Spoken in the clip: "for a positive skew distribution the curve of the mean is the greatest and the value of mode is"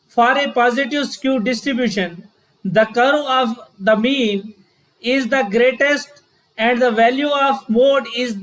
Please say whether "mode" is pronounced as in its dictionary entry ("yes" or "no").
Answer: yes